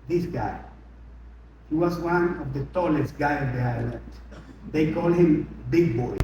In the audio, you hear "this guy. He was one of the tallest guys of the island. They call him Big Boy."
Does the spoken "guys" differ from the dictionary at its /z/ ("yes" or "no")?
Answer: yes